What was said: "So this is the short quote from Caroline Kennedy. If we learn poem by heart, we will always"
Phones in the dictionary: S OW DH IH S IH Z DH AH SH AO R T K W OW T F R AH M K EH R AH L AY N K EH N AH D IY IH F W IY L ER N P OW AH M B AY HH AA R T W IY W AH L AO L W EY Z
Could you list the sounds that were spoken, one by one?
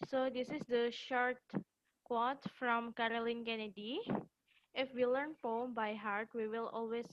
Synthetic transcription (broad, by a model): S OW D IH S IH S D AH SH AO R T K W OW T F R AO M K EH R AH L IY N K EH N AH D IY IH F W IY L ER N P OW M B AY HH AA R T W IY W AH L AO L W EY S